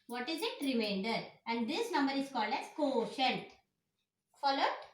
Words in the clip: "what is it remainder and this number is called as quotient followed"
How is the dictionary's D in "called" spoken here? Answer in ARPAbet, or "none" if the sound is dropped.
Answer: D